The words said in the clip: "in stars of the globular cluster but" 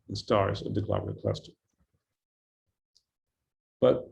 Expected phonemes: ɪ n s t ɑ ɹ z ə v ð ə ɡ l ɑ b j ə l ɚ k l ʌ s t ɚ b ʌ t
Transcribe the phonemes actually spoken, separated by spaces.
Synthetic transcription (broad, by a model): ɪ n s t ɑ ɹ z ə v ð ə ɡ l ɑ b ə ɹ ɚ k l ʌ s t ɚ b ʌ t